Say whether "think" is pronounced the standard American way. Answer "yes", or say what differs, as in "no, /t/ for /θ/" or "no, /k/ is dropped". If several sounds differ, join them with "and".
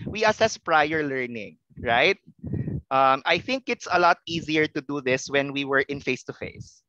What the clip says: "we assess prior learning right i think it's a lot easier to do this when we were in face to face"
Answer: yes